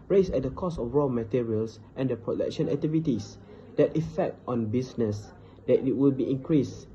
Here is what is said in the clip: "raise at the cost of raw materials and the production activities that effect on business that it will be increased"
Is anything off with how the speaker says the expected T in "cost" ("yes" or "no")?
yes